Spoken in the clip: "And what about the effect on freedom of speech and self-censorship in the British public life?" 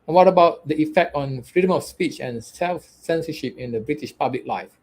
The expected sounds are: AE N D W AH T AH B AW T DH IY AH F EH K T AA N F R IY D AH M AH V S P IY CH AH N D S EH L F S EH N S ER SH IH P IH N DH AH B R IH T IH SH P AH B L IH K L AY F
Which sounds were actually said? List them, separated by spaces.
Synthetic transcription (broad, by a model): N W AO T AH B AW T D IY AH F EH K T AA N F R IY D AH M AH F S P IY CH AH N S EH L F S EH N S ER SH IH P IH N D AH B R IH T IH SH P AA B L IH K L AY F